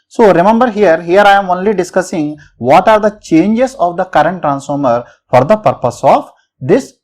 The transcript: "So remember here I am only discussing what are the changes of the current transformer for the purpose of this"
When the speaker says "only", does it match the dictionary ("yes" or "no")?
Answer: yes